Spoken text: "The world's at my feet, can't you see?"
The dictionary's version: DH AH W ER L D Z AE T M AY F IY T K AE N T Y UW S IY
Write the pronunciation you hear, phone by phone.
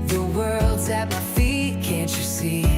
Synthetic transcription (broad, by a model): DH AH W ER L D Z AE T M AY F IY T K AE N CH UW S IY